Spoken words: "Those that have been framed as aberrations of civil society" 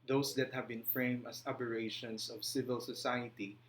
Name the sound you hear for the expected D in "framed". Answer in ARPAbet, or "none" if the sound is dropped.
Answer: none